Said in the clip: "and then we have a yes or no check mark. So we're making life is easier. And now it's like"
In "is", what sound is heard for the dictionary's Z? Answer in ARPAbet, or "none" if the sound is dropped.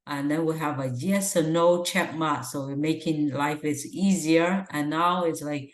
S